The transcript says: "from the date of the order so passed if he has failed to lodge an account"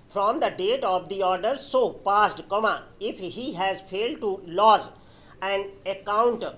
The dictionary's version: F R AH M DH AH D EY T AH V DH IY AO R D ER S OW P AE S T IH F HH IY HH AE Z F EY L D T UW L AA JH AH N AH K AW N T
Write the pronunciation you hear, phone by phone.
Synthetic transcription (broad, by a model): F R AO M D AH D EY T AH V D IY AO R D ER S OW P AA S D IH F HH IY HH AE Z F EY L D T UW L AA Z AH N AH K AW N T